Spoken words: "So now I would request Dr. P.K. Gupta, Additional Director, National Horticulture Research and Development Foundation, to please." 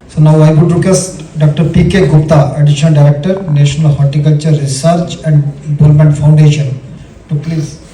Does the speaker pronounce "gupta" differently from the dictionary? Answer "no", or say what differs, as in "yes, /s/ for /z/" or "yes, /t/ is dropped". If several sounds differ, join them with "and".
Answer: no